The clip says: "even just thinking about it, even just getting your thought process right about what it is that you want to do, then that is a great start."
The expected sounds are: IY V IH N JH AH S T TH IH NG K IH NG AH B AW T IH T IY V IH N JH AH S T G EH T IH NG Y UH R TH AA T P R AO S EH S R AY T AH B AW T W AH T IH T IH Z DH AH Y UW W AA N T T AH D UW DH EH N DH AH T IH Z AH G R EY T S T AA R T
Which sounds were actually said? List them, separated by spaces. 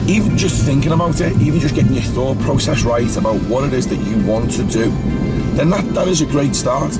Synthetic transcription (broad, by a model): IY V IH N JH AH S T TH IH NG K IH NG AH B AW T IH T IY V IH N JH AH S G EH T IH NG Y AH TH AA T P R AO S EH S R AY T AH B AW T W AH T IH T IH Z DH AH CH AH W AA N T T AH D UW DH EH N DH AH T IH Z AH G R EY T S T AA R T